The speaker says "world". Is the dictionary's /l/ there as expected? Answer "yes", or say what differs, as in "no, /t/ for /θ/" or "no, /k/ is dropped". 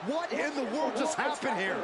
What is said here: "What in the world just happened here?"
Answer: yes